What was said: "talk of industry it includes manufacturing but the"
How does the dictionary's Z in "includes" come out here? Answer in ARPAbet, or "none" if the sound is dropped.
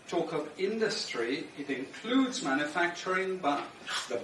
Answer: Z